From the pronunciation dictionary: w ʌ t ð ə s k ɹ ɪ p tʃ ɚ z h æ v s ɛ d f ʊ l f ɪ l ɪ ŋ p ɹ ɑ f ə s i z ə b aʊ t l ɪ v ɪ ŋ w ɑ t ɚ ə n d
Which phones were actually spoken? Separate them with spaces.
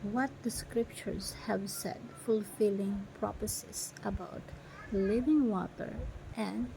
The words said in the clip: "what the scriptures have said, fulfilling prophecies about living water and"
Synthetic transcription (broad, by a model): w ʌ t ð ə s k ɹ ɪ p tʃ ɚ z h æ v s ɛ d f ʊ l f ɪ l ɪ ŋ p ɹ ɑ p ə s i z ə b aʊ t l ɪ v ɪ ŋ w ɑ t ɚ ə n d